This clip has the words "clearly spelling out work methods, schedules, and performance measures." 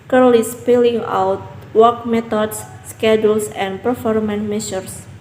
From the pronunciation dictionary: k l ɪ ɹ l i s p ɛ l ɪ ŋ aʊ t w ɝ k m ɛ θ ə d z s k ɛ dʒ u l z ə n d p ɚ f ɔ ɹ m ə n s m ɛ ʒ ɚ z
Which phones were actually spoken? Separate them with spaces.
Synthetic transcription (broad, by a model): k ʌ ɹ l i s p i l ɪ ŋ aʊ t w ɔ k m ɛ t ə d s k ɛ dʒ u l s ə n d p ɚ f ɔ ɹ m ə n m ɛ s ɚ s